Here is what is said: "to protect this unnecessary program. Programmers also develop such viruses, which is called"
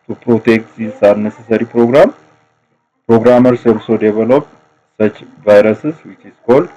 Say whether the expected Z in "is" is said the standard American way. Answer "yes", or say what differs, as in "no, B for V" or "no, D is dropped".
no, S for Z